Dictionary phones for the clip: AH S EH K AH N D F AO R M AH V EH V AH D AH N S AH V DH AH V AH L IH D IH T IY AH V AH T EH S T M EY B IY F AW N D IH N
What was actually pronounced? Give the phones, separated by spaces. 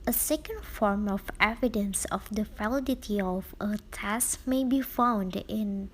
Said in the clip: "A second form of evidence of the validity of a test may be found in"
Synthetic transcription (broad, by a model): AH S EH K AH N D F AO R M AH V EH V AH D AH N S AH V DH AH F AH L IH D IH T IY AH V AH T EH S M EY B IY F AW N D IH N